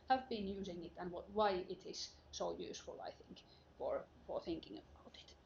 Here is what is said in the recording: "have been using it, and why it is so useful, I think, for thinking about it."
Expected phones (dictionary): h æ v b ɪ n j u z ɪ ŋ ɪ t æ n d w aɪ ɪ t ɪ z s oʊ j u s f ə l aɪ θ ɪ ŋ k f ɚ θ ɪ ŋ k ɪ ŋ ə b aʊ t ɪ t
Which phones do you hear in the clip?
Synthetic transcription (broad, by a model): h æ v b ɪ n j u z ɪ ŋ ɪ t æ n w w aɪ ɪ t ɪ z s oʊ j u s f ə l aɪ θ ɪ ŋ k f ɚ θ ɪ ŋ k ɪ ŋ ə b aʊ t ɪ t